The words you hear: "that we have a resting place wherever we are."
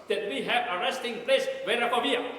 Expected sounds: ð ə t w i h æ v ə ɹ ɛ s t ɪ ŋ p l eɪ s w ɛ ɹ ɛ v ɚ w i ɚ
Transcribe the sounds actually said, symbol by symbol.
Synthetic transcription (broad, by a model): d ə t w i h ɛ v ə ɹ ɛ s t ɪ ŋ p l eɪ s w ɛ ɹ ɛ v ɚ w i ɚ